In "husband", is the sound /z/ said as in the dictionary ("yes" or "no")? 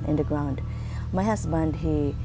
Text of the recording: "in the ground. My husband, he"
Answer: no